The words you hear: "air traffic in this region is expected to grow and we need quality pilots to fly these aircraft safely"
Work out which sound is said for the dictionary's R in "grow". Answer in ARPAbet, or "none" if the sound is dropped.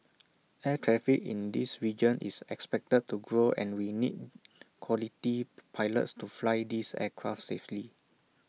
R